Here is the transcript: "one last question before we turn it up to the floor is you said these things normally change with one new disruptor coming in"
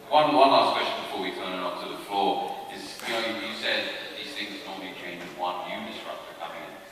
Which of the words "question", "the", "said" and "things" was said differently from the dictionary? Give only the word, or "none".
none